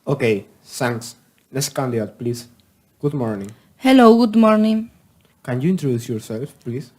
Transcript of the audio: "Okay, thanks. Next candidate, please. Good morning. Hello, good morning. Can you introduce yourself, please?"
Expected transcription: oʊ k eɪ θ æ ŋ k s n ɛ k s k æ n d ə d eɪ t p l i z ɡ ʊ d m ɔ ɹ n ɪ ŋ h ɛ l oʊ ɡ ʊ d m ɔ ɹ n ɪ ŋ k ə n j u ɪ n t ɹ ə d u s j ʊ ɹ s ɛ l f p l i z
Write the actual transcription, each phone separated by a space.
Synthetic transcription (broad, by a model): oʊ k eɪ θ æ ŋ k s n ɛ s k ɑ n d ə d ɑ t p l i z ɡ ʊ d m ɔ ɹ n ɪ ŋ h ɛ l oʊ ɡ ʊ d m ɔ ɹ n ɪ ŋ k ə n j u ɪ n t ɹ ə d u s j ʊ ɹ s ɛ l f p l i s